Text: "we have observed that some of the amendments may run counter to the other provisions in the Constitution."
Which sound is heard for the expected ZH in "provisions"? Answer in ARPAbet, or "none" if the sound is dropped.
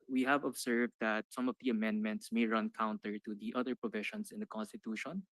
SH